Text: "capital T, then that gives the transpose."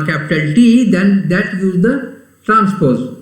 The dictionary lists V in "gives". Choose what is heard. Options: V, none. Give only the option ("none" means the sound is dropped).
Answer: none